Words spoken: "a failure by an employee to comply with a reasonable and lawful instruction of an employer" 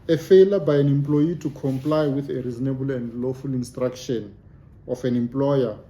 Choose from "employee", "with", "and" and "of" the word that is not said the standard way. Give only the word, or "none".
of